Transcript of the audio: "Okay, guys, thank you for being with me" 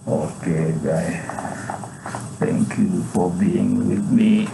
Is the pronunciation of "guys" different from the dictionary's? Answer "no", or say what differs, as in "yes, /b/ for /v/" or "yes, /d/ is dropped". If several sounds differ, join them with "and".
yes, /z/ is dropped